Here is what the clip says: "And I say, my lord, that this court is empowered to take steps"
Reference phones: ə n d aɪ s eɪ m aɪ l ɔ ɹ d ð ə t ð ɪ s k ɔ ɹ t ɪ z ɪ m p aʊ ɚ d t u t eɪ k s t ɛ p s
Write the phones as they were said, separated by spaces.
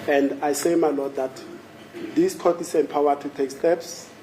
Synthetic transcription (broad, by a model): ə n d aɪ s eɪ m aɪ l ɔ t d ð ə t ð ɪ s k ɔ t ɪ s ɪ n p aʊ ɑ t u t eɪ k s t ɛ p s